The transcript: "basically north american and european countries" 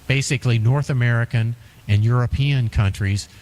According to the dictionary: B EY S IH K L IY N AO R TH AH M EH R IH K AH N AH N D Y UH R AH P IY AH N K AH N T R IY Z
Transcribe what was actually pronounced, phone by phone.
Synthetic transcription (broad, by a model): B EY S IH K L IY N AO R TH AH M EH R IH K AH N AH N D Y UH R AH P IY AH N K AH N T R IY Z